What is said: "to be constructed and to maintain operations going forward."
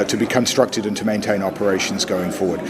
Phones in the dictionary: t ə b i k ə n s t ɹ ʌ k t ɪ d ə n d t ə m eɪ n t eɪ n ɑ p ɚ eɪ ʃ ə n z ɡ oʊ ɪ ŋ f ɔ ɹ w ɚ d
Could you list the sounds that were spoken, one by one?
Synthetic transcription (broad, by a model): t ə b i k ə n s t ɹ ʌ k t ɪ d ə n t ə m eɪ n t eɪ n ɑ p ɚ eɪ ʃ ə n z ɡ oʊ ɪ ŋ f ɔ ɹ w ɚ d